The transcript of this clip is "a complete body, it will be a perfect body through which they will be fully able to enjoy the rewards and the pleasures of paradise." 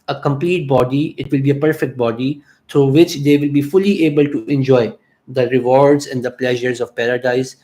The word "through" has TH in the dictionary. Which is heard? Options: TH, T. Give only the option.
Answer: T